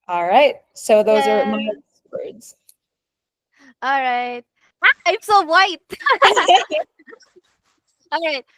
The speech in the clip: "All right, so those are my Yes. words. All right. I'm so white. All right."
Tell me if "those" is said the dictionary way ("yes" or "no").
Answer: yes